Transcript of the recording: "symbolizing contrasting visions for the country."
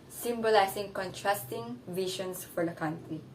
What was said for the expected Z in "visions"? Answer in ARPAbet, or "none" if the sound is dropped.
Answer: S